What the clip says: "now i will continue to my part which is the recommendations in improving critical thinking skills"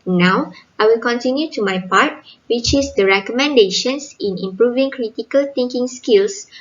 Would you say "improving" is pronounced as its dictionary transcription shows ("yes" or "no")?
yes